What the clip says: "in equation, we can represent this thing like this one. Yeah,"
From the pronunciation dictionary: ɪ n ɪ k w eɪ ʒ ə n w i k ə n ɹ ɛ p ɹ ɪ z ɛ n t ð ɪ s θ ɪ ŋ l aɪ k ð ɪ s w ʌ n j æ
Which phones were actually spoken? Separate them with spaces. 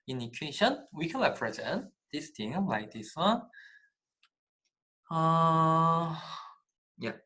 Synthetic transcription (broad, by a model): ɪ n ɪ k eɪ ʃ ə n w i k ə n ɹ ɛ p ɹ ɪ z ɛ n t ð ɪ s t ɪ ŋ l aɪ k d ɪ s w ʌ n j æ